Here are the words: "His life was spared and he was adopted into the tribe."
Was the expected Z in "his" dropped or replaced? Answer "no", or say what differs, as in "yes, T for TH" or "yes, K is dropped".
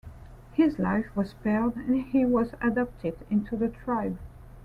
no